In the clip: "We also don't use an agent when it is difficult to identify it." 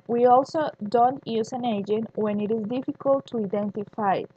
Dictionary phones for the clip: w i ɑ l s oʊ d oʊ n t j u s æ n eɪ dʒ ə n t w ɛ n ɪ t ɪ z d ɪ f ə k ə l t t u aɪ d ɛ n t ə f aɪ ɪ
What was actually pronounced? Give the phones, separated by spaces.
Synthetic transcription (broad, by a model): w i ɑ l s oʊ d oʊ n t j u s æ n eɪ dʒ ə n t w ɛ n ɪ t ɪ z d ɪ f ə k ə l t t u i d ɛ n t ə f aɪ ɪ